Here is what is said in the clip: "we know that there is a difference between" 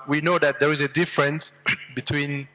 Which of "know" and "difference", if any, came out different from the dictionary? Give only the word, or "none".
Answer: none